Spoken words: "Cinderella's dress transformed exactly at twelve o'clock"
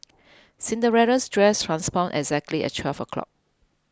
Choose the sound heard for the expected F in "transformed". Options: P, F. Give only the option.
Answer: P